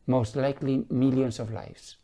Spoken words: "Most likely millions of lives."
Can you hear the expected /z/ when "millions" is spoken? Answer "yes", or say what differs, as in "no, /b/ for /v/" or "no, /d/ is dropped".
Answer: no, /s/ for /z/